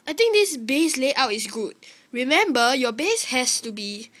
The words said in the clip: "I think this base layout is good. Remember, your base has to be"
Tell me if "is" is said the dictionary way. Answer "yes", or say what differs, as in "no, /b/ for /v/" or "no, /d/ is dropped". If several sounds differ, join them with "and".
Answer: no, /s/ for /z/